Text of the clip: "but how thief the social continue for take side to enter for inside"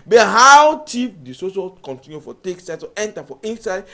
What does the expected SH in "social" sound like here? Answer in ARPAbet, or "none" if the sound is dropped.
S